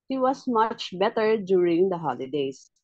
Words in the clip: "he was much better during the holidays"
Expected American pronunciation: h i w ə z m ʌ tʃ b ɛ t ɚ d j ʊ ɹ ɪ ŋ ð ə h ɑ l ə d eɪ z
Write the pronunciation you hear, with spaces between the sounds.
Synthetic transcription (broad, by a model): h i w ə s m ʌ tʃ b ɛ t ɚ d j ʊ ɹ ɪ ŋ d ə h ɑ l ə d eɪ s